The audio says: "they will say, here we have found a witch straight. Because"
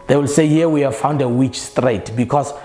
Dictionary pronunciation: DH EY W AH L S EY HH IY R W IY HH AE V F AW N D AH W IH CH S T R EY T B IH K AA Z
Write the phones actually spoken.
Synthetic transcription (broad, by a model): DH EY W AH L S EY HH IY W IY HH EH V F AW N D AH W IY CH S T R EY T B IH K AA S